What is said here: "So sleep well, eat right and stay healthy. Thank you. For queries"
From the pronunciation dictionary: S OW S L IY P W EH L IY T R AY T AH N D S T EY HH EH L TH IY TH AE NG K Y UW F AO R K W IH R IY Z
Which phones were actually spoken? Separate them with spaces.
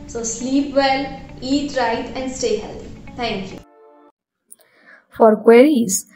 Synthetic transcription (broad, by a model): S OW S L IY P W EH L IY T R AY T AH N D S T EY HH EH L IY T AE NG K Y UW F AO R K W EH R IY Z